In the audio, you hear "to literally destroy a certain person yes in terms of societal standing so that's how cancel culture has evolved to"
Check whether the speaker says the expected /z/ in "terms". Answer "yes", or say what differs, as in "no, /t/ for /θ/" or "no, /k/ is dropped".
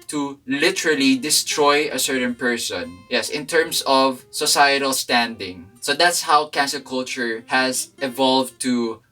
no, /s/ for /z/